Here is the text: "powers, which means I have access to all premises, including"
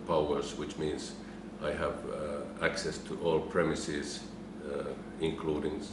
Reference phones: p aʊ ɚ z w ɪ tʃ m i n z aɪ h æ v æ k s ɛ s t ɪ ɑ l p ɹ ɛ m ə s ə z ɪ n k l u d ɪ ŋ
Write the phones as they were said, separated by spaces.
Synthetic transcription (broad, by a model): p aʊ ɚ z w ɪ tʃ m i n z aɪ h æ v æ k s ɛ s t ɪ ɑ l p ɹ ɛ m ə s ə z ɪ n k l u d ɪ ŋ